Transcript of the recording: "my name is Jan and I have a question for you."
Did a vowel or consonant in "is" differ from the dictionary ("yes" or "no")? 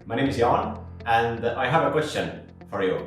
no